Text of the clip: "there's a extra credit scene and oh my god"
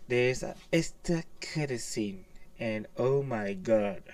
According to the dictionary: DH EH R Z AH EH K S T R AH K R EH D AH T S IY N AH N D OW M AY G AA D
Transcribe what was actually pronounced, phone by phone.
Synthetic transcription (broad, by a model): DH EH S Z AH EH S T AH K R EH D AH S IY N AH N OW M AY G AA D